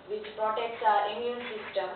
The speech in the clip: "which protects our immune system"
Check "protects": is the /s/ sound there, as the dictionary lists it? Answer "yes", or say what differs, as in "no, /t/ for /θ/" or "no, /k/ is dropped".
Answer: yes